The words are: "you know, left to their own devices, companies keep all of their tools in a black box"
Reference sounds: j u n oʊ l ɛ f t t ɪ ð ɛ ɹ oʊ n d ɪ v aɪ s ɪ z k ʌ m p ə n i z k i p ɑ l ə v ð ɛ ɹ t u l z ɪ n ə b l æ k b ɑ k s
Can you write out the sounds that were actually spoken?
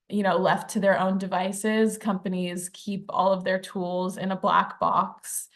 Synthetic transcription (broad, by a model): j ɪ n oʊ l ɛ f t t ɪ ð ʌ ɹ oʊ n d ɪ v aɪ s ɪ z k ʌ m p ə n i z k i p ɑ l ə v ð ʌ ɹ t u l z ɪ n ə b l æ k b ɑ k s